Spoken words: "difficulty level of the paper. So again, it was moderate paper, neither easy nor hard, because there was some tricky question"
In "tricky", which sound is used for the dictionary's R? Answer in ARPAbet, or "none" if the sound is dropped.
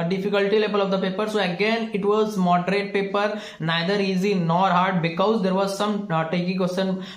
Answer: none